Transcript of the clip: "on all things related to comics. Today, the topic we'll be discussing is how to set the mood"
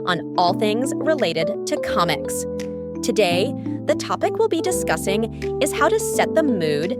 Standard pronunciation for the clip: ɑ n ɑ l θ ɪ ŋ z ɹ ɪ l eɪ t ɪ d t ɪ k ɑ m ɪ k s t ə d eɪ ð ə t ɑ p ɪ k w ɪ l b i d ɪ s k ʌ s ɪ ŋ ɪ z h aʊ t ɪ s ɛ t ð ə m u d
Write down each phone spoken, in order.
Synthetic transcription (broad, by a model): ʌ n ɑ l θ ɪ ŋ z ɹ ɪ l eɪ t ɪ d t ɪ k ɑ m ɪ k s t ə d eɪ ð ə t ɑ p ɪ k w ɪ l b i d ɪ s k ʌ s ɪ ŋ ɪ z h aʊ t ɪ s ɛ t ð ə m u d